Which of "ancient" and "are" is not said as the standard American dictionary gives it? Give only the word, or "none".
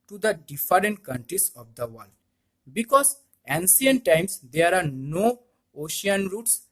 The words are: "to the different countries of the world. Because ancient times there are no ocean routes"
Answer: ancient